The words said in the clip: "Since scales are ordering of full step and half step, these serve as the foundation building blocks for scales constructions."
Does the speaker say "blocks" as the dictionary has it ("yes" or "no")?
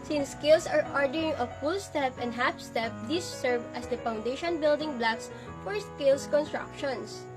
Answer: yes